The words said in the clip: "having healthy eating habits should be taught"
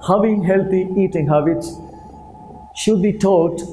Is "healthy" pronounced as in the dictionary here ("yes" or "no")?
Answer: no